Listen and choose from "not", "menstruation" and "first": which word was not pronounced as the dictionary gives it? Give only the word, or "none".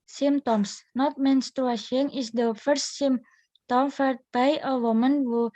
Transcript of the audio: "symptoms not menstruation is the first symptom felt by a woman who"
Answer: menstruation